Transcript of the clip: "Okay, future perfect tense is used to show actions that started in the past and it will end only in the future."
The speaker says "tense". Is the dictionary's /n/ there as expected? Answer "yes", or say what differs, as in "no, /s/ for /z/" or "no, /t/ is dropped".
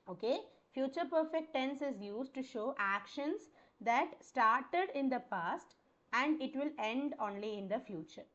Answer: yes